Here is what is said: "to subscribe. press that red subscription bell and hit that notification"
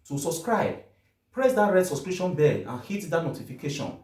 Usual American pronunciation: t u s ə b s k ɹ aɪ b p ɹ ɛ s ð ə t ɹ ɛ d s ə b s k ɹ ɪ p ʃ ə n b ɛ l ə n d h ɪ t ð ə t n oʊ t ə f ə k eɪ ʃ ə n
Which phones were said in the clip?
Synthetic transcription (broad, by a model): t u s ə b s k ɹ aɪ b p ɹ ɛ s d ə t ɹ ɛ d s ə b s k ɹ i ʃ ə n b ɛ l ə n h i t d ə t n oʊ t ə f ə k eɪ ʃ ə n